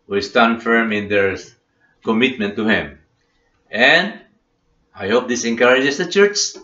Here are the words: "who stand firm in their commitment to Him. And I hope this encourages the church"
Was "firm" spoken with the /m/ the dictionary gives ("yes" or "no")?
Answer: yes